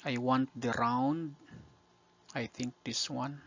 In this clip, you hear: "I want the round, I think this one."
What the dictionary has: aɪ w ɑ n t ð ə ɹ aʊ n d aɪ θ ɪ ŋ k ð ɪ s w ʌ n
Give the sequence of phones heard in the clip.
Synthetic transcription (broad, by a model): aɪ w ɑ n t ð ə ɹ aʊ n d aɪ θ ɪ ŋ k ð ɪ s w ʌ n